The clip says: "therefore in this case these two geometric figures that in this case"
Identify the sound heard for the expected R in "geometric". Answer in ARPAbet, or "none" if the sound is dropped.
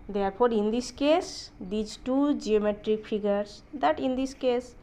R